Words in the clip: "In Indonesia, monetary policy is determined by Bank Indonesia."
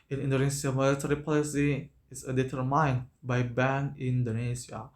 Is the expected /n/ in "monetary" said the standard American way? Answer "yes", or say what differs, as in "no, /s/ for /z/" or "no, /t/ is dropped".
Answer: no, /l/ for /n/